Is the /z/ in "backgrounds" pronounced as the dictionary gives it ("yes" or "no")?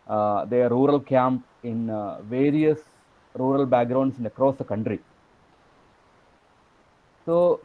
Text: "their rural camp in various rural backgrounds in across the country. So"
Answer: no